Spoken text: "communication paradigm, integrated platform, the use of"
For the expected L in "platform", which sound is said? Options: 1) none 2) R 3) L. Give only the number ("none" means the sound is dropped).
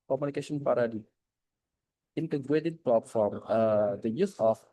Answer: 1